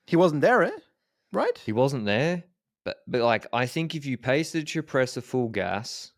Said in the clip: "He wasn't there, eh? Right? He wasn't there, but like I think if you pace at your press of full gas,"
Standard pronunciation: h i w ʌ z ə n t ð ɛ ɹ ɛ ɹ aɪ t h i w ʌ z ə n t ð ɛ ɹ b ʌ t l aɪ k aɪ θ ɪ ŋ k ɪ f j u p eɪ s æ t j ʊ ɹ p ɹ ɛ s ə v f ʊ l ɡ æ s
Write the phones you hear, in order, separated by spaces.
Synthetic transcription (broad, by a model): h i w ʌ z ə n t ð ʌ ɹ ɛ ɹ aɪ t h i w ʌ z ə n ð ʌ ɹ b ʌ t l aɪ k aɪ θ ɪ ŋ k ɪ f j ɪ p eɪ s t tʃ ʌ ɹ p ɹ ɛ s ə f ʊ l ɡ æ s